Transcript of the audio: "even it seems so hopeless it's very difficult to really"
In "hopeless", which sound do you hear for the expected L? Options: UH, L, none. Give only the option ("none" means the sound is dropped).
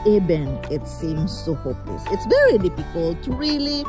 L